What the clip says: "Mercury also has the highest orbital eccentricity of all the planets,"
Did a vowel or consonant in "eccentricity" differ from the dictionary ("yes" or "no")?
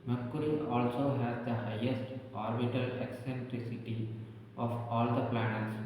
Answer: no